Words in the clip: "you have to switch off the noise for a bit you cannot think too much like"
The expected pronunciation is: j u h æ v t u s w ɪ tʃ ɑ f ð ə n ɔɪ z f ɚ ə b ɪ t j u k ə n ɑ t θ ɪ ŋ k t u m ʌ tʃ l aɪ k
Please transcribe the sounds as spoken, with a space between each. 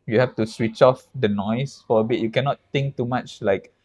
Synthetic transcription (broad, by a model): j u h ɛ f t u s w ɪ tʃ ɑ f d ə n ɔɪ s f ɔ ə b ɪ t j u k ə n ɑ t t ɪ ŋ k t u m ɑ tʃ l aɪ k